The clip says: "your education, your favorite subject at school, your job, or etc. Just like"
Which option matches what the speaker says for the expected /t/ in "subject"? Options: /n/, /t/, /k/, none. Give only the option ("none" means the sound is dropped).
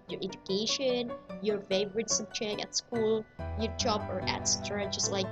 none